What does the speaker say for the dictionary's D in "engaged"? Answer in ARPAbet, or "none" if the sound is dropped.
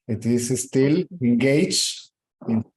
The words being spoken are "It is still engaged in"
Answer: none